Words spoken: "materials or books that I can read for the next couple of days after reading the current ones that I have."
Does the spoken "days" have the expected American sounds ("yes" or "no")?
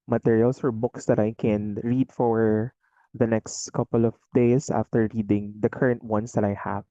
no